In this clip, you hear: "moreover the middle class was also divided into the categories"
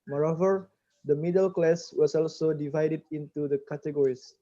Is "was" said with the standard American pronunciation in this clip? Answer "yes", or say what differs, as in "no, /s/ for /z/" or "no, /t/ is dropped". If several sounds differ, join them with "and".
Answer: no, /s/ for /z/